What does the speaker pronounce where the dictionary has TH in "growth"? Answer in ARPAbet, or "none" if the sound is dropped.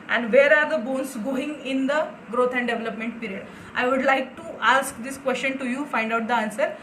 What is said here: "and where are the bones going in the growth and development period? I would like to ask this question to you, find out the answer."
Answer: T